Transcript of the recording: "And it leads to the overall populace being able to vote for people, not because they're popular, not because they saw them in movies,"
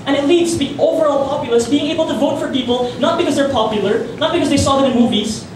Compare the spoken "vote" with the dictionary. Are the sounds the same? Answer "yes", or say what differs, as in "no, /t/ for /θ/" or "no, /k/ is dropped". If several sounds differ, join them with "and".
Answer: yes